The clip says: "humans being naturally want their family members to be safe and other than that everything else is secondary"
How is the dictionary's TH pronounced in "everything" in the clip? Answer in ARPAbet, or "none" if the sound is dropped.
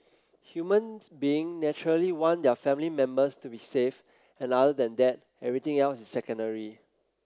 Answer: T